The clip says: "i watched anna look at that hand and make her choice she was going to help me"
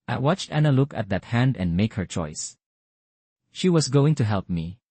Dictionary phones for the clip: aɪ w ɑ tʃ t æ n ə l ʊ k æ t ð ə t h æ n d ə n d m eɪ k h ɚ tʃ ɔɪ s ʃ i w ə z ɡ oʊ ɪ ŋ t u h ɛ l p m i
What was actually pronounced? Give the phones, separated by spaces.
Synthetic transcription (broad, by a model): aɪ w ɑ tʃ t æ n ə l ʊ k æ t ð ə t h æ n d ə n d m eɪ k h ɚ tʃ ɔɪ s ʃ i w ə s ɡ oʊ ɪ ŋ t u h ɛ l p m i